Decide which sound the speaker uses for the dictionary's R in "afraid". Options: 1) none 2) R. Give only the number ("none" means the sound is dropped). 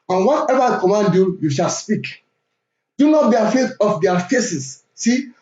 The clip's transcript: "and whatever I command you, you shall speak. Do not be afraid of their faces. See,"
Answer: 1